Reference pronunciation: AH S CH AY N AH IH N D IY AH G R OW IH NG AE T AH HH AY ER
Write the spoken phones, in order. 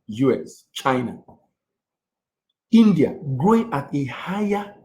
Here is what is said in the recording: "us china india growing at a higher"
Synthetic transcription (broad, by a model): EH S CH AY N AH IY N D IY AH G R OW IH NG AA T AH HH AY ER